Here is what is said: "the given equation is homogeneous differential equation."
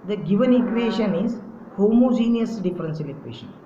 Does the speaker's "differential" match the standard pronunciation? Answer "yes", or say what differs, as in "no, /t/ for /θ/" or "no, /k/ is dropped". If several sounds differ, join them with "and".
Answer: no, /s/ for /ʃ/